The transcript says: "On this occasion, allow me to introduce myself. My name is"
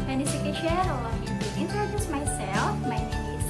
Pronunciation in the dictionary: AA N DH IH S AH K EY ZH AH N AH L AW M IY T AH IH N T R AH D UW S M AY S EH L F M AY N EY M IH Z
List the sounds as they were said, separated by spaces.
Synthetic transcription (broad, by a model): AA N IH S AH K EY SH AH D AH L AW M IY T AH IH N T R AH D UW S M AY S EH L F M AY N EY IH